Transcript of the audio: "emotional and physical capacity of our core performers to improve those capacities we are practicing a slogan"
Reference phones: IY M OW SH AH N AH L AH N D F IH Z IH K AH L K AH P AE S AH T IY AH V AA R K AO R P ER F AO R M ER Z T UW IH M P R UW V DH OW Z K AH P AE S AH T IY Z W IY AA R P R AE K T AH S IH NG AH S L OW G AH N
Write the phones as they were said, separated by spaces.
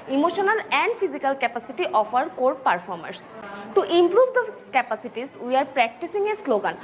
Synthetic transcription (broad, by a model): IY M OW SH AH N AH L AH N D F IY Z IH K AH L K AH P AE S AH T IY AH F AA R K AO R P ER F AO R M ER S T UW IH M P R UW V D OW K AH P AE S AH T IY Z W IY AA R P R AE K T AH S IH NG AH S L OW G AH N